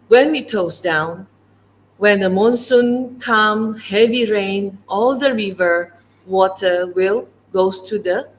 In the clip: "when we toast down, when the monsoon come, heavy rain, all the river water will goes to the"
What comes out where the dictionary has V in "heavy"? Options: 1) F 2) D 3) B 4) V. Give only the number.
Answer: 4